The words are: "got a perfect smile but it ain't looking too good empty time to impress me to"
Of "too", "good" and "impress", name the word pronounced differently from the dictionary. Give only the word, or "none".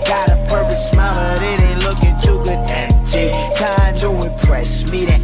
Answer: impress